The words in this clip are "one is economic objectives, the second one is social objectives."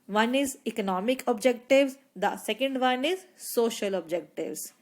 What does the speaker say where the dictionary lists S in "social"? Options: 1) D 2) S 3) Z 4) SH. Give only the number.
2